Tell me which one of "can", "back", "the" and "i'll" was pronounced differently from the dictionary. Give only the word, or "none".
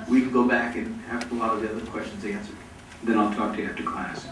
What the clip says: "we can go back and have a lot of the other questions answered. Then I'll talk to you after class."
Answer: can